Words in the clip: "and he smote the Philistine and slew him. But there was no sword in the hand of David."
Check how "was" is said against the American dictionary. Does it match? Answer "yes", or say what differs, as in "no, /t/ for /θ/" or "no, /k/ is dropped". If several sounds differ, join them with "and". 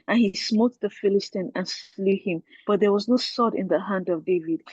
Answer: yes